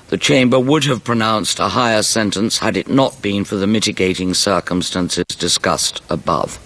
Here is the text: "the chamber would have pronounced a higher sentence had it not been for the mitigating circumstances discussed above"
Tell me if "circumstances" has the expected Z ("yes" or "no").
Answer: yes